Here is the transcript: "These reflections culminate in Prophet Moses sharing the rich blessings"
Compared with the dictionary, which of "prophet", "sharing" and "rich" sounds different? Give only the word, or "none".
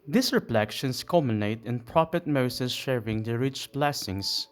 prophet